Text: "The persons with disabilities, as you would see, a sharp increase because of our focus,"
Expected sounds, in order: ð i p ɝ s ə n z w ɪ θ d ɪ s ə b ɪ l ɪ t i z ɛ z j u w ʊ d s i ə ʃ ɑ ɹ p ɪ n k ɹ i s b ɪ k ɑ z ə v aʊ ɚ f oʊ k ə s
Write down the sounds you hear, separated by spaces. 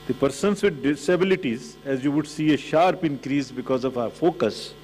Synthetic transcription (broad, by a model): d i p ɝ s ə n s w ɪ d d ɪ s ə b ɪ l ɪ t i z ɛ z j u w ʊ d s i ə ʃ ɑ ɹ p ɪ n k ɹ i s b ɪ k ɑ z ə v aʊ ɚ f oʊ k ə s